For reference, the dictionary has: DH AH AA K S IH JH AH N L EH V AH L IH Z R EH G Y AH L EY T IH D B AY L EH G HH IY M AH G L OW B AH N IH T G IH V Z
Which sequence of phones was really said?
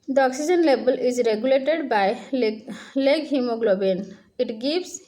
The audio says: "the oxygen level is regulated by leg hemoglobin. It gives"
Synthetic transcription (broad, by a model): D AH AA K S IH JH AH N L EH B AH L IH Z R EH G Y AH L EY T IH D B AY L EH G HH IY M AH G L OW B AH N IH T G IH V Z